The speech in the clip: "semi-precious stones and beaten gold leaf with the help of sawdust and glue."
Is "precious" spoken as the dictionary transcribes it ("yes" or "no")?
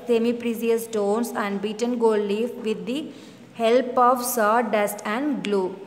no